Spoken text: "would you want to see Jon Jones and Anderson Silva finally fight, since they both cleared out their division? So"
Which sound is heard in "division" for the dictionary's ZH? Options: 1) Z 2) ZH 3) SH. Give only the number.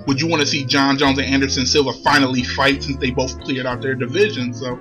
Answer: 2